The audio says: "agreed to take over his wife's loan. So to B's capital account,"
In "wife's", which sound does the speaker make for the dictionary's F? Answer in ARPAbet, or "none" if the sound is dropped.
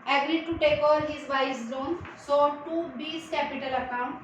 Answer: none